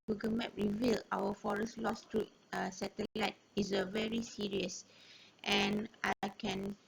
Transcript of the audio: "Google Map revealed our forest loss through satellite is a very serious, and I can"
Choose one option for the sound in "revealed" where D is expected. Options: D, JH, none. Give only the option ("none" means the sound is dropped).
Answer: none